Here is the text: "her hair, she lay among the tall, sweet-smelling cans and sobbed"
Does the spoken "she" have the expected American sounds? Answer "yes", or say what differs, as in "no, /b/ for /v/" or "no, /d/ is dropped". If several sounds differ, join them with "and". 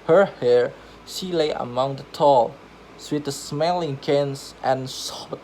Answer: yes